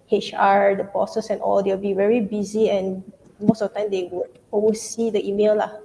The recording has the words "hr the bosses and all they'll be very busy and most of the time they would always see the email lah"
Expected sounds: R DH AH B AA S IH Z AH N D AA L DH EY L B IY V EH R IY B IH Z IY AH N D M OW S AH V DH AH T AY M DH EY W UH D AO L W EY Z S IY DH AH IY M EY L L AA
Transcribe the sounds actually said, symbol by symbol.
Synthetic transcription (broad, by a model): R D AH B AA S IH S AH N AA L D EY W B IY V EH R IY B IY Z IY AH N M OW S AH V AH T AY M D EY W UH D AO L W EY S IY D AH IY M EY L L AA